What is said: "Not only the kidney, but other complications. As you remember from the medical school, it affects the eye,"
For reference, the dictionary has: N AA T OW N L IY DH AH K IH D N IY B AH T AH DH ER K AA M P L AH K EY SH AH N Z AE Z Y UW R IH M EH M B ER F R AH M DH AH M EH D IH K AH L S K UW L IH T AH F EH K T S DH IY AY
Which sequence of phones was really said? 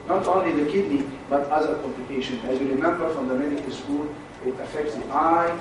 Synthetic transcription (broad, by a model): N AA T OW N L IY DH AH K IH D N IY B AH T AH DH ER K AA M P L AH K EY SH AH N AE Z Y UW R IH M EH M B ER F R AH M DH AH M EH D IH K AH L S K UW L IH T AH F EH K T S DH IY AY